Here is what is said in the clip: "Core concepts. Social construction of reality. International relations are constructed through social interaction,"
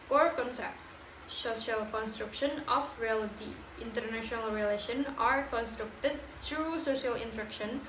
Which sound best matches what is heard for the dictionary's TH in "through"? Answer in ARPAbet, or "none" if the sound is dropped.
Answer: T